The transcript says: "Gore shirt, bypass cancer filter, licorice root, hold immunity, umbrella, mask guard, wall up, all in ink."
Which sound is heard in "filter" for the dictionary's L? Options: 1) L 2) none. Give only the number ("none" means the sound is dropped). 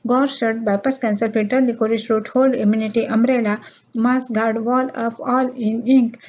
2